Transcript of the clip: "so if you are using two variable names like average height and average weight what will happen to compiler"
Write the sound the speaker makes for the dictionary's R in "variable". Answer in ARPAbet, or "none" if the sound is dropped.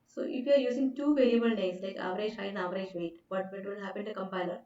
L